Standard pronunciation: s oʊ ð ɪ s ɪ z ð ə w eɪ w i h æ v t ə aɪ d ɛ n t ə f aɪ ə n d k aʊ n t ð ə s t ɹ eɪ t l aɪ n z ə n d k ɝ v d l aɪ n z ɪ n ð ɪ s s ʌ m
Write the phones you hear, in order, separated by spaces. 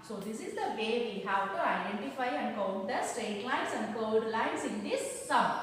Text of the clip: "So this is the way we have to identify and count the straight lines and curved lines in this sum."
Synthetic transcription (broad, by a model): s oʊ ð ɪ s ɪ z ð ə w eɪ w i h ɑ w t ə aɪ d ɛ n t ə f aɪ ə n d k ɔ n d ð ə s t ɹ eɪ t l aɪ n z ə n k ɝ d l aɪ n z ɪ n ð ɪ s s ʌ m